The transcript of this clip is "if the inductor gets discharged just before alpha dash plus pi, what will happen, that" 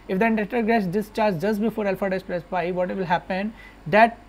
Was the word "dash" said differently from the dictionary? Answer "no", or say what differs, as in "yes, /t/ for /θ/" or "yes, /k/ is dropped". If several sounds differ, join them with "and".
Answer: yes, /s/ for /ʃ/